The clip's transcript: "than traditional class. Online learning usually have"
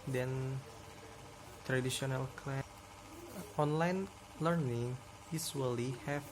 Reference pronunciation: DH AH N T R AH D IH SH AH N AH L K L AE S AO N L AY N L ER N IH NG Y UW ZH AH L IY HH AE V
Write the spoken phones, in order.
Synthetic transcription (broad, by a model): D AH N T R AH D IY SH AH N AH L K L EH AO N L AY N L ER N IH NG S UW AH L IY HH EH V